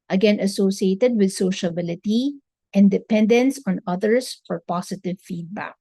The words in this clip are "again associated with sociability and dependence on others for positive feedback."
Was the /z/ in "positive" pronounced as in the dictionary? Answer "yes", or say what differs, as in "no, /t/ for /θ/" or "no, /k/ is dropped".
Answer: no, /s/ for /z/